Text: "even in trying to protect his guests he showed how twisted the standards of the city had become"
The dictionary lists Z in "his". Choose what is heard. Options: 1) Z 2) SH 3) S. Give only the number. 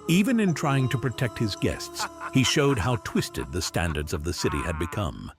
1